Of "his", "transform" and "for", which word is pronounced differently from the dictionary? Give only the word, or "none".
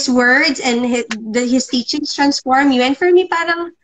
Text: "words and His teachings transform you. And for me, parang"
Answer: his